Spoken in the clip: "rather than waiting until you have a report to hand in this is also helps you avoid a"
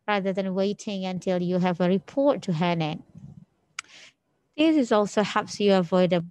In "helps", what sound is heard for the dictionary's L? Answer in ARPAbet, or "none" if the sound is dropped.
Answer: none